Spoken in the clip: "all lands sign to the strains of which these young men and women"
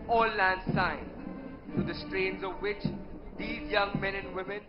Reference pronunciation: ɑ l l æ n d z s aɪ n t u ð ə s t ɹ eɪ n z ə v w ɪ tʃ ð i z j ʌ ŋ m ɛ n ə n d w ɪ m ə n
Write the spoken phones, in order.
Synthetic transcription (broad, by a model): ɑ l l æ n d s aɪ n t u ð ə s t ɹ eɪ n z ə v w ɪ tʃ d i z j ʌ ŋ m ɛ n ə n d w ɪ m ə n